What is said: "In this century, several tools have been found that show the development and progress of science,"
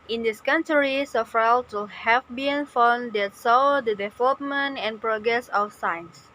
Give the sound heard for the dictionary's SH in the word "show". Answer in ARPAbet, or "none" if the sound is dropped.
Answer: S